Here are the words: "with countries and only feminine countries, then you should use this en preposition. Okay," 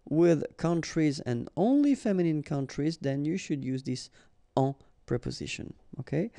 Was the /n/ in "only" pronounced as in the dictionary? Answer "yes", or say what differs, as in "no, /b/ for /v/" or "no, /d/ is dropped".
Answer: yes